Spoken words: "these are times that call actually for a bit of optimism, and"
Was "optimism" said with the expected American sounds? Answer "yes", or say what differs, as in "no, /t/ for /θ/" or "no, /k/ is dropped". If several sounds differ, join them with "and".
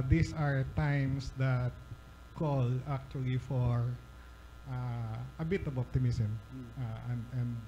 no, /s/ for /z/